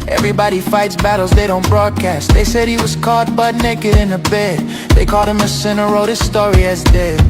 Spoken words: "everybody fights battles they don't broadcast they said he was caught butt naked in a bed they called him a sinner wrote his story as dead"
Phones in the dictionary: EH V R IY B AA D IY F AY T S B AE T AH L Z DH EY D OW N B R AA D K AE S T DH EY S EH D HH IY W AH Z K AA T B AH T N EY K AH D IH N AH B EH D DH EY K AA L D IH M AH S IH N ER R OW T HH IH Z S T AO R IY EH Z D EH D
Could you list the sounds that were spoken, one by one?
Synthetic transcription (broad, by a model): EH V R IY B AA D IY F AY T S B AE T L Z DH EY D OW N B R AA D K AE S T DH EY S EH D HH IY W AH Z K AA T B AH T N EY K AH D IH N AH B EH D DH EY K AA L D IH M AH S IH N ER R OW T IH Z S T AO R IY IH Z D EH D